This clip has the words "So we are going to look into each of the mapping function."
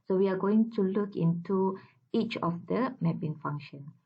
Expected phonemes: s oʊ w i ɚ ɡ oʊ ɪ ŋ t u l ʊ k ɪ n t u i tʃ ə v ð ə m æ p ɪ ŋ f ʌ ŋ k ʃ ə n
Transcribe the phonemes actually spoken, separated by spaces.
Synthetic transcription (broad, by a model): s oʊ w i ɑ ɡ oʊ ɪ ŋ t u l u k ɪ n t u i tʃ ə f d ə m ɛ b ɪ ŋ f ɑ ŋ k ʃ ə n